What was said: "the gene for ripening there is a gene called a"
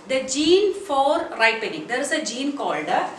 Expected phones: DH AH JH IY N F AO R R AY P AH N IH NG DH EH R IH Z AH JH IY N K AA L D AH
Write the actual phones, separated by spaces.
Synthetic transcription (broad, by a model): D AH JH IY N F AO R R AY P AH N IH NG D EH R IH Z AH JH IY N K AA L D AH